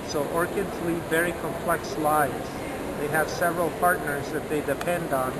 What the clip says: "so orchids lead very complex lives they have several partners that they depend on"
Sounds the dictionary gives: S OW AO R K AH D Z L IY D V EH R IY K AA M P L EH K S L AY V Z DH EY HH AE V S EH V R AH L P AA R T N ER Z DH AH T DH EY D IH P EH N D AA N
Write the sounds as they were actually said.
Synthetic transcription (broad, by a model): S OW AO R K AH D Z L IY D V EH R IY K AA M P L EH K S L AY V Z DH EY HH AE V S EH V R AH L P AA R T N ER Z DH AH T DH EY D IH P EH N D N